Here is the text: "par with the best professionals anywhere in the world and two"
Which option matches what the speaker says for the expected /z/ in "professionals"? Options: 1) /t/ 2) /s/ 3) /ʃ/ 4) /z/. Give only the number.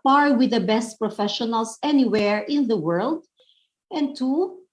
2